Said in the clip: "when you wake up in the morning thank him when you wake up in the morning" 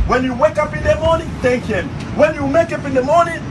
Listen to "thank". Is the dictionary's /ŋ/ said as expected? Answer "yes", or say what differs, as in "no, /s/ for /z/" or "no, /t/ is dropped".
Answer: no, /ŋ/ is dropped